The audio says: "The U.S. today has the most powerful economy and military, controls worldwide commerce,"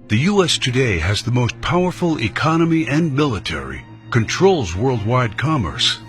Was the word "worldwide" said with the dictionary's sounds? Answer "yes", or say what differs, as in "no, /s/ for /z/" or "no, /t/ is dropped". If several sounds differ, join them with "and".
yes